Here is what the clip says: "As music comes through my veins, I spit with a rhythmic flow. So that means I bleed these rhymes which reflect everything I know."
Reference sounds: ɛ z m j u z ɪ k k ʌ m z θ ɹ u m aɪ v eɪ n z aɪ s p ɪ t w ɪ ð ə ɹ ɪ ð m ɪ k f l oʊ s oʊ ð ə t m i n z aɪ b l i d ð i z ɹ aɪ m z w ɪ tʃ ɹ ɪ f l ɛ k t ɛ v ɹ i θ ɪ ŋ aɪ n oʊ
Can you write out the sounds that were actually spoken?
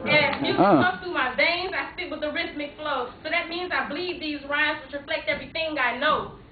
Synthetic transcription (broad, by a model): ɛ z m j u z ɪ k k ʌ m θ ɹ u m aɪ v eɪ n z aɪ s ɪ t w ɪ ð ə ɹ ɪ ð m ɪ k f l oʊ s oʊ ð ə t m i n z aɪ b l i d ð i z ɹ aɪ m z w ɪ tʃ ɹ ɪ f l ɛ k t ɛ v ɹ i θ ɪ ŋ aɪ n oʊ